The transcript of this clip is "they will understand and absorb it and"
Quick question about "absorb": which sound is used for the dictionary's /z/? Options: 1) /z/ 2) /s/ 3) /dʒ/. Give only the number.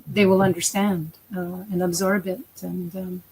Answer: 1